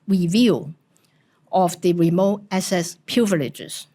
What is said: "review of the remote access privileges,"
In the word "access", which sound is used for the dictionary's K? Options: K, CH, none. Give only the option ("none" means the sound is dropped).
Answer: none